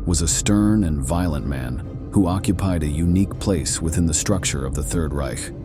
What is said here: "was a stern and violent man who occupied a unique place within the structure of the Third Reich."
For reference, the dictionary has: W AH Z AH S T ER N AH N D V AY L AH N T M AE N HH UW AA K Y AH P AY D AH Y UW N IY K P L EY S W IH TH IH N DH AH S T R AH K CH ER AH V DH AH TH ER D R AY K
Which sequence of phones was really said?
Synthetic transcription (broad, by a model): W AH Z AH S T ER N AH N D V AY L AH N M AE N HH UW AA K Y AH P AY D AH Y UW N IY K P L EY S W IH TH IH N DH AH S T R AH K CH ER AH V DH AH TH ER D R AY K